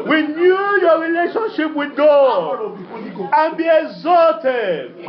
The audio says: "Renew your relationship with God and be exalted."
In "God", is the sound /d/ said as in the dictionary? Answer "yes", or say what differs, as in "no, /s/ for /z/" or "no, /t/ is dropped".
no, /d/ is dropped